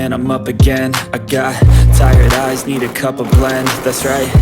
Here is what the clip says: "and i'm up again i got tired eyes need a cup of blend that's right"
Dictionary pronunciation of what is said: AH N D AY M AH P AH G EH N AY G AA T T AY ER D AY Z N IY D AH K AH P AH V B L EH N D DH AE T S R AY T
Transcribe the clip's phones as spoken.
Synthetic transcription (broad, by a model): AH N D AY M AH P AH G EH N AY G AA T T AY ER D AY Z N IY D AH K AH P AH V B L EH N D DH AE T S R AY T